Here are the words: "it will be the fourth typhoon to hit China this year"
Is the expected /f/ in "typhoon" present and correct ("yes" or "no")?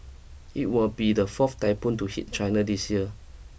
no